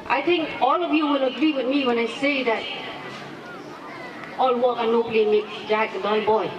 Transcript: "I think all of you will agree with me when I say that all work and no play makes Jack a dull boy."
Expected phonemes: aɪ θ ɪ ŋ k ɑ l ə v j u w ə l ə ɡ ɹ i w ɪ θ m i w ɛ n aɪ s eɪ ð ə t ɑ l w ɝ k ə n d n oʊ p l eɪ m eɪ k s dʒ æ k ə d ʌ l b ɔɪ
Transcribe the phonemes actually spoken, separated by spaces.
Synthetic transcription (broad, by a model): aɪ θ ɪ ŋ k ɑ l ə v j u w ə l ə ɡ ɹ i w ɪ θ m i w ɛ n aɪ s eɪ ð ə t ɑ l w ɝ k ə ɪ n oʊ b l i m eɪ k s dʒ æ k ə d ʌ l b ɔɪ